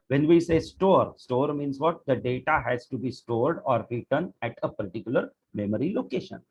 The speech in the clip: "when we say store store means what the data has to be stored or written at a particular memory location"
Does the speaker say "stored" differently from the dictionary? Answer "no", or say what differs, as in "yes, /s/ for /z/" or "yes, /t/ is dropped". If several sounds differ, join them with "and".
no